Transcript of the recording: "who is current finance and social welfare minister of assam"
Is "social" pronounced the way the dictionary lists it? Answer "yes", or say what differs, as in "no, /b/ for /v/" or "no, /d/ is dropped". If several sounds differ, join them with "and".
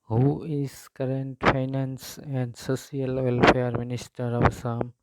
no, /s/ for /ʃ/